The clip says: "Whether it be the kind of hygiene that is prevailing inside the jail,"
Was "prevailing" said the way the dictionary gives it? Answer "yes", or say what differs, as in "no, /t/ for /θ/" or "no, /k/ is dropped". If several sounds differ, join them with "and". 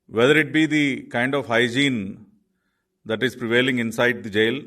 yes